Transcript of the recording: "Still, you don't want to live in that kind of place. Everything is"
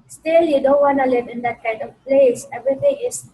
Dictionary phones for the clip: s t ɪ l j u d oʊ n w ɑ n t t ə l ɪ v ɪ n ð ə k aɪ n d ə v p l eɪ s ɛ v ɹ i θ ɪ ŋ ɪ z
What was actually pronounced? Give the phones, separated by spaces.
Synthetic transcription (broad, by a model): s t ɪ l j u d oʊ n w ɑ n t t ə l ɪ v ɪ n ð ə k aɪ d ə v p l eɪ s ɛ v ɹ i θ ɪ ŋ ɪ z